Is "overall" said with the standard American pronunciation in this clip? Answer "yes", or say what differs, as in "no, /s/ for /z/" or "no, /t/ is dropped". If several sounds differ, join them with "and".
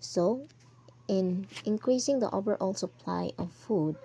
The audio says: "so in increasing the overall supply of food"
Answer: no, /b/ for /v/